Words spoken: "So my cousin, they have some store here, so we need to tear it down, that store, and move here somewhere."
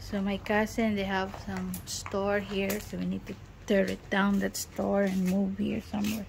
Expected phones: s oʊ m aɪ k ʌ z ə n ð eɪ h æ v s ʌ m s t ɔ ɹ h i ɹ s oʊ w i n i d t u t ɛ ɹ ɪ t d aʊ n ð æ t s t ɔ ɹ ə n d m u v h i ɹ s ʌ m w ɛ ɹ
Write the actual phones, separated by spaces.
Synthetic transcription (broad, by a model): s oʊ m aɪ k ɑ s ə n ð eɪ h æ v s ʌ m s t ɔ ɹ h i ɹ s oʊ w i n i d t u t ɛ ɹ ɪ t d aʊ n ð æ t s t ɔ ɹ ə n m u v h i ɹ s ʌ m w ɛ ɹ